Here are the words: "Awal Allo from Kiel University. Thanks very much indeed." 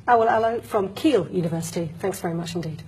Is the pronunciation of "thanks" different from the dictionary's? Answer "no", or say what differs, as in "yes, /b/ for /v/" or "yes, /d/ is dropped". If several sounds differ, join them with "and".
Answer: no